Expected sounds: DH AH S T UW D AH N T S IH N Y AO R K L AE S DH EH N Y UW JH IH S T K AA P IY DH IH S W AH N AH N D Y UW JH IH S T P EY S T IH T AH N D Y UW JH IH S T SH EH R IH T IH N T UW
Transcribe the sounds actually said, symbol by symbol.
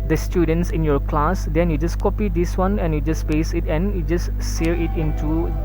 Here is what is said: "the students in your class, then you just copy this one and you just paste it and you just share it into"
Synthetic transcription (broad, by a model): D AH S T UW D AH N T S IH N Y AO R K L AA S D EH N Y UW JH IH S K AA P IY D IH S W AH N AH N Y UW JH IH S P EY S IH T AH N Y UW JH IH S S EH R IH T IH N T UW